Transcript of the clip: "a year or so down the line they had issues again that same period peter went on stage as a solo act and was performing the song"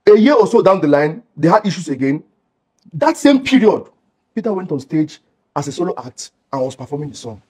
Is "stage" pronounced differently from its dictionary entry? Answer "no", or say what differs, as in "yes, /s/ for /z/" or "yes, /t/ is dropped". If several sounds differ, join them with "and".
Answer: no